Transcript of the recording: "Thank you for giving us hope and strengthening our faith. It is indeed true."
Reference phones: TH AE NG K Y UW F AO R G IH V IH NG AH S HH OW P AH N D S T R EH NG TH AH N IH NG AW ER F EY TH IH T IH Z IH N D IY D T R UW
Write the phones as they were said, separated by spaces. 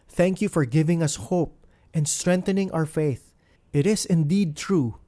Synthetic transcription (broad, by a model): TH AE NG K Y UW F AO R G IH V IH NG AH S HH OW P AH N D S T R EH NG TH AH N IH NG AW ER F EY TH IH T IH S IH N D IY D T R UW